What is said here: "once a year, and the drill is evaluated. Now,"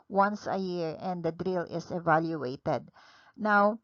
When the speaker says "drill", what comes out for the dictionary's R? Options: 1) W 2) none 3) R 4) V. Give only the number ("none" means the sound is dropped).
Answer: 3